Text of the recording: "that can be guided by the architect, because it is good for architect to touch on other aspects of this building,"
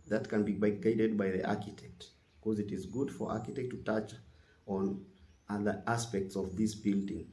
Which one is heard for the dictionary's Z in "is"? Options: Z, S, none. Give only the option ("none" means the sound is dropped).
Z